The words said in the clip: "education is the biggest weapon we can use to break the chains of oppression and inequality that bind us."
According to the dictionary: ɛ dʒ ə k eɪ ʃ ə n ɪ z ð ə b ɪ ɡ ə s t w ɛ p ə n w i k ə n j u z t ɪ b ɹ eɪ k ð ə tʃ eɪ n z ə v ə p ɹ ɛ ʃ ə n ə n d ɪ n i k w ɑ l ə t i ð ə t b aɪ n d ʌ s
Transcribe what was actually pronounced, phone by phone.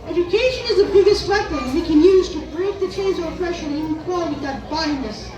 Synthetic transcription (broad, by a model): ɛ dʒ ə k eɪ ʃ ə n ɪ z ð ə b ɪ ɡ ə s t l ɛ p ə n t k ə n j u z t ɪ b ɹ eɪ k ð ə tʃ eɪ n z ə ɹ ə f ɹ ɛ ʃ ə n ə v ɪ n k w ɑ l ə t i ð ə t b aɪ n ʌ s